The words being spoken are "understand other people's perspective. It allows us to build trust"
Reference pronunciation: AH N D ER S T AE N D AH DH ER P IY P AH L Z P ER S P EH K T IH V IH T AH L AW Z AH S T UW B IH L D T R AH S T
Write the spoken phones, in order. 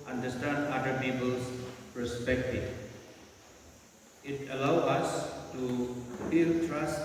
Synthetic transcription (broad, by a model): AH N D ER S T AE N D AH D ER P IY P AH L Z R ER S P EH K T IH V IH T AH L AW AH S T UW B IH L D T R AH S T